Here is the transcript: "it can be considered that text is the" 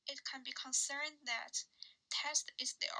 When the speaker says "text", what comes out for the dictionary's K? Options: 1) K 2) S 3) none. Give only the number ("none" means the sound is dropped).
3